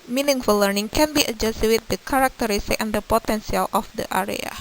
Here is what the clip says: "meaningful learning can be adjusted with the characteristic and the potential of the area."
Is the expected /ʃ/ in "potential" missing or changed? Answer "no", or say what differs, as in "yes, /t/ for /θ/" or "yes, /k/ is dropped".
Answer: yes, /s/ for /ʃ/